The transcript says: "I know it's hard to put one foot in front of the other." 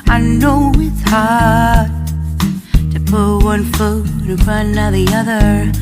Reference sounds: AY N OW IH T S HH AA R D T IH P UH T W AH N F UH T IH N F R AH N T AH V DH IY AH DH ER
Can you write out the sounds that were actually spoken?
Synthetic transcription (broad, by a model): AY N OW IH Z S HH AA R D T IH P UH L W AH N F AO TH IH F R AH N AH DH IY AH DH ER